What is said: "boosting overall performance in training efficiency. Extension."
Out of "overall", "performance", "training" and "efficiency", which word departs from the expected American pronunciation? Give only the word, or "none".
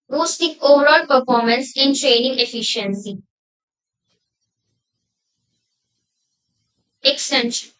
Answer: none